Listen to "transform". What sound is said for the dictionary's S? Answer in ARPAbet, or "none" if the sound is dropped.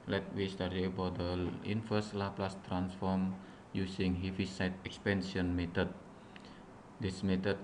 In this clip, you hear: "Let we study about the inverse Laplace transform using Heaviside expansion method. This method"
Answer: S